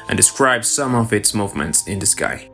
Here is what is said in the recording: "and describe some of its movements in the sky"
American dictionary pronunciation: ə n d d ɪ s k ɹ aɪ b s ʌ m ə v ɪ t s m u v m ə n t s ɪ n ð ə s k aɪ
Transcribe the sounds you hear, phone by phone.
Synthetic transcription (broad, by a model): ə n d d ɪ s k ɹ aɪ b s ʌ m ə v ɪ t s m u v m ə n t s ɪ n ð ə s k aɪ